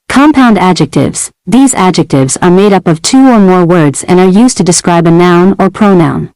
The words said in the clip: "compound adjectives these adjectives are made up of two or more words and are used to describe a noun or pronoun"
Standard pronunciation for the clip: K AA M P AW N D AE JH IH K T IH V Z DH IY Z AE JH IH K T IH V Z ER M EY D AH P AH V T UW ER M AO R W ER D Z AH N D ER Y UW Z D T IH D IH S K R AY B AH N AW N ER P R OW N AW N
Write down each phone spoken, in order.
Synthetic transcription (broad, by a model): K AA M P AW N D AE JH IH K T IH V Z DH IY Z AE JH IH K T IH V Z ER M EY D AH P AH V T UW ER M AO R W ER D Z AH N ER Y UW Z T IH D IH S K R AY B AH N AW N ER P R OW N AW N